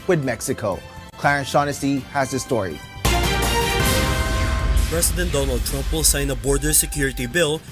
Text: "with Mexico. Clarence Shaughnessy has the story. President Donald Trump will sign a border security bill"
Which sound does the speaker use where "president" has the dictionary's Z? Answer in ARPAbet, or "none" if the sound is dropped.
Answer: S